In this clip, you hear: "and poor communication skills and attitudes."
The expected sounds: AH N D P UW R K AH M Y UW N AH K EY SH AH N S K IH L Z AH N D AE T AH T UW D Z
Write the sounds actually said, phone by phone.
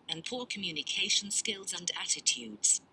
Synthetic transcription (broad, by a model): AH N P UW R K AH M Y UW N AH K EY SH AH N S K IH L Z AH N D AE T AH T UW D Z